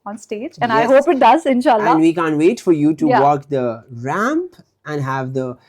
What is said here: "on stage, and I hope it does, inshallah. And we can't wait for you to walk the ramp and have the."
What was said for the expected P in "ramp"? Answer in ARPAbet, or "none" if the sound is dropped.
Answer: P